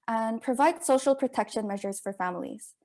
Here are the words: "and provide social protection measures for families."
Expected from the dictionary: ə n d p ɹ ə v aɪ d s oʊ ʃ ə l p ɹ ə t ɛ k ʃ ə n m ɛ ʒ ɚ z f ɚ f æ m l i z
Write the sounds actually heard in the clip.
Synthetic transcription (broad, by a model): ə n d p ɹ ə v aɪ d s oʊ ʃ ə l p ɹ ə t ɛ k ʃ ə n m ɛ ʒ ɚ z f ɚ f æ m l i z